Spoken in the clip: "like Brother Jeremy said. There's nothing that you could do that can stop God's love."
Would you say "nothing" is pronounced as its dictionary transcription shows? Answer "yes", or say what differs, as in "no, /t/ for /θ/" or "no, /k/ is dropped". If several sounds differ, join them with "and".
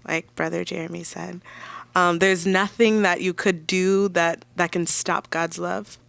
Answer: yes